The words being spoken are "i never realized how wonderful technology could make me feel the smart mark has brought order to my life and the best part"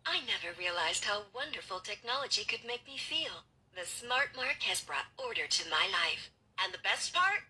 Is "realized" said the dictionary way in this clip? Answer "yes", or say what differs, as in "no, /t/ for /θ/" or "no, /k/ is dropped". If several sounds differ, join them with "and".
yes